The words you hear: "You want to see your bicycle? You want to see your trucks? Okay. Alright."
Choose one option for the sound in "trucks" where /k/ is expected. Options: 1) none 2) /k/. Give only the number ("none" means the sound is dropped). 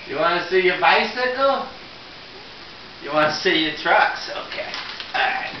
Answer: 2